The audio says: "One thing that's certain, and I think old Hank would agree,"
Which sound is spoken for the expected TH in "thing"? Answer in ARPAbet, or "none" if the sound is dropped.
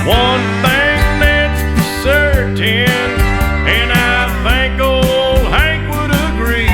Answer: TH